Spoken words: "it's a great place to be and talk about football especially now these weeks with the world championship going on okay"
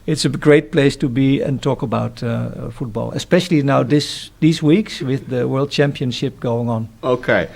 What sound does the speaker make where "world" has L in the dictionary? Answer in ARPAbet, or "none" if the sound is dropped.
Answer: L